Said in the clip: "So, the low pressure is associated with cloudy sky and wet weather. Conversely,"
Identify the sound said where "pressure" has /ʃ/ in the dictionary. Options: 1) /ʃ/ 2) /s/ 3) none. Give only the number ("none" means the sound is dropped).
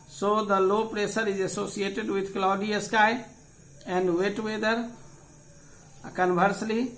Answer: 2